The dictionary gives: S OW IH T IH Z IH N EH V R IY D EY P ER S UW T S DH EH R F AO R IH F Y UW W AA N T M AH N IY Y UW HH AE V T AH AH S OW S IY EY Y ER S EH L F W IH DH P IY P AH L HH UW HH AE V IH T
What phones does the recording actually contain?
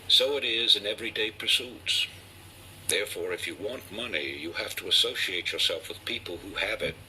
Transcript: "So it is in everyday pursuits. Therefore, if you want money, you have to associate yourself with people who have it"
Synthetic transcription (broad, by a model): S OW IH T IH Z IH N EH V R IY D EY P ER S UW T S DH EH R F AO R IH F Y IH W AA N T M AH N IY Y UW HH AE F T AH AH S OW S IY EY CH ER S EH L F W IH DH P IY P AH L HH UW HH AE V IH T